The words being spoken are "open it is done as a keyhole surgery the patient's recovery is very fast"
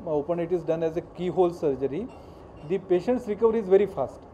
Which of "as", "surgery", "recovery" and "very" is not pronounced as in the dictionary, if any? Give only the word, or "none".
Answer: none